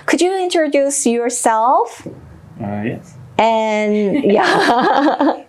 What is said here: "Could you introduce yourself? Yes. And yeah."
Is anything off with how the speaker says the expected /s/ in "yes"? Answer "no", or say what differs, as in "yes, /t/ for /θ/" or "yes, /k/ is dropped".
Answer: yes, /s/ is dropped